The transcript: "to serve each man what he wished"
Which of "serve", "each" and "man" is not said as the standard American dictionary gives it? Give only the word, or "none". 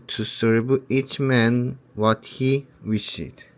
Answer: serve